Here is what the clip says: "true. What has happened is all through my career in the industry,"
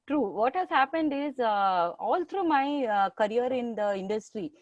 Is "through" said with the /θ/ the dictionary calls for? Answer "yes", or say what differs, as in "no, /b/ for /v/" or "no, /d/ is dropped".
no, /t/ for /θ/